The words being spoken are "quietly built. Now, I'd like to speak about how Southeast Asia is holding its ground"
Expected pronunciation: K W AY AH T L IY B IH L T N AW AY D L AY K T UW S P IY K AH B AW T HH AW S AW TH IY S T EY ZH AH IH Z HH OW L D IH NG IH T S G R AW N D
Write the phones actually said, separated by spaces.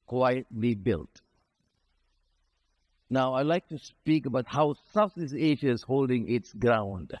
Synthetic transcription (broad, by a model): K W AY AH T L IY B IH L T N AW AY L AY K T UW S P IY K AH B AW T HH AW S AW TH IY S EY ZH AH IH Z HH OW L D IH NG IH T S G R AW N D